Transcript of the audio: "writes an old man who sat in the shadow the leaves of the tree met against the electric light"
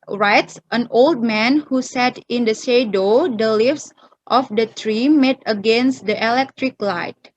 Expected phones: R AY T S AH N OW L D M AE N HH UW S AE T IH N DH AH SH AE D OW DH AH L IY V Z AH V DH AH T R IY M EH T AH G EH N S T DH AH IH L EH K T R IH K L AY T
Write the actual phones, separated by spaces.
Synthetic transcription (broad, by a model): R AY T S AH N OW L D M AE N HH UW S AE T IH N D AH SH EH D OW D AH L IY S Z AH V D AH T R IY M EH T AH G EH N S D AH IH L EH K T R IH K L AY T